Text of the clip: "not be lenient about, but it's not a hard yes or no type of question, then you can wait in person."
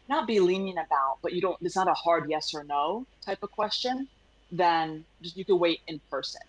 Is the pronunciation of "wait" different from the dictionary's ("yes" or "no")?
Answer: no